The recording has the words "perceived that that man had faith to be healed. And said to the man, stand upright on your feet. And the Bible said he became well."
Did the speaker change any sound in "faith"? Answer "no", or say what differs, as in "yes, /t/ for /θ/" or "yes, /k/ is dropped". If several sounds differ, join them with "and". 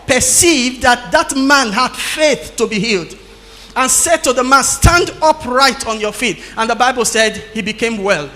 no